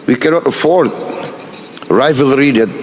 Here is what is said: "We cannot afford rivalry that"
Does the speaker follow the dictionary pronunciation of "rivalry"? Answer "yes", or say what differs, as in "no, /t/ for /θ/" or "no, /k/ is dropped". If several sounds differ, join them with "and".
yes